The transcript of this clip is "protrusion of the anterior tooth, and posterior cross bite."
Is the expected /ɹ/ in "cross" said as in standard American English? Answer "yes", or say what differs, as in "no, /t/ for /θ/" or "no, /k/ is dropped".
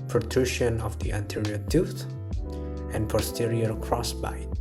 yes